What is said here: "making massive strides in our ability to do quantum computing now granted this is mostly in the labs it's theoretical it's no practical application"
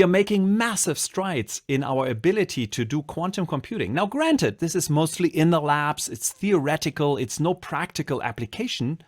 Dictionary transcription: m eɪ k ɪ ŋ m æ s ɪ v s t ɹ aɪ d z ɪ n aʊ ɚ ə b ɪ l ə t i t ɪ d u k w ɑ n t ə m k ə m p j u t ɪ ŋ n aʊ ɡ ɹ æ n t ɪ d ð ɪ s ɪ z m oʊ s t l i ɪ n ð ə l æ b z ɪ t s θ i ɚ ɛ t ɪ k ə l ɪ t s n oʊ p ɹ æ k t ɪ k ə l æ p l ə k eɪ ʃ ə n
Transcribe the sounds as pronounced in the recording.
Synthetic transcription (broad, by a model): m eɪ k ɪ ŋ m æ s ɪ v s t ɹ aɪ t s ɪ n aʊ ɚ ə b ɪ l ə t i t ɪ d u k w ɑ n t ə m k ə m p j u t ɪ ŋ n aʊ ɡ ɹ æ n t ɪ d ð ɪ s ɪ z m oʊ s t l i ɪ n ð ə l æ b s ɪ t s θ i ɚ ɛ t ɪ k ə l ɪ t s n oʊ p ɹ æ k t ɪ k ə l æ p l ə k eɪ ʃ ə n